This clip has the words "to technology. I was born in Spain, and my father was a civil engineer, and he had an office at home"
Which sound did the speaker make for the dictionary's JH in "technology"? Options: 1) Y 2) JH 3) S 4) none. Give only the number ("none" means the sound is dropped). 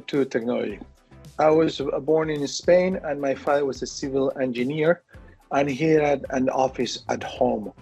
4